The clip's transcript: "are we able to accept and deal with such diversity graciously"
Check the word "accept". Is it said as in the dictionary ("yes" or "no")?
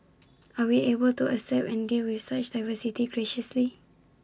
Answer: no